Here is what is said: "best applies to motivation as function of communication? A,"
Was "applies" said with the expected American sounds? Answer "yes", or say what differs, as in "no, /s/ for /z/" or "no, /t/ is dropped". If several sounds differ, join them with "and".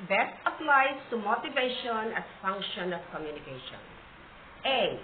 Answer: no, /f/ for /p/